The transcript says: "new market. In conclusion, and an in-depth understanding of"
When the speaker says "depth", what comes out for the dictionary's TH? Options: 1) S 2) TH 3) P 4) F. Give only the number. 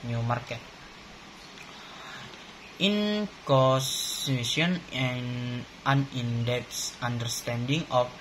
1